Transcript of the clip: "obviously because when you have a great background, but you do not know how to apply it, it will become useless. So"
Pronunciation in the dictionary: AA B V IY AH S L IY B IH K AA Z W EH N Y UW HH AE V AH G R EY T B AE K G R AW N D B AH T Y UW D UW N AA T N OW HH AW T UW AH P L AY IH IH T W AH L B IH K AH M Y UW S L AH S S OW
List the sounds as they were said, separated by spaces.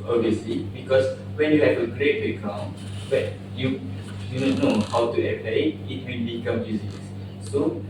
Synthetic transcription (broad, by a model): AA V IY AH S L IY B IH K AA S W EH N Y UW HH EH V AH G R EY T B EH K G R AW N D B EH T Y UW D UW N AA N OW HH AW T UW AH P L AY IH IH T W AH N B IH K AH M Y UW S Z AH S S OW